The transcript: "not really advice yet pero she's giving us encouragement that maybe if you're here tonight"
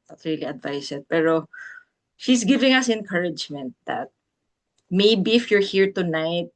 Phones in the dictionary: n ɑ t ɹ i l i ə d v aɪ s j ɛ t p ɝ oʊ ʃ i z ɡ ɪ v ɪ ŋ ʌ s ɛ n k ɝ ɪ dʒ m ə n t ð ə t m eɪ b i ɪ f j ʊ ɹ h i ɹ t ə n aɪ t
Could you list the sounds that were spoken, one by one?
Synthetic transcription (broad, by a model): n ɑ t ɹ i l i ə d v aɪ s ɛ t p ɝ oʊ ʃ i s ɡ ɪ v ɪ ŋ ʌ s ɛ n k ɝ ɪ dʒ m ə n t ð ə t m eɪ b i ɪ f j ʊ ɹ h i ɹ t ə n aɪ t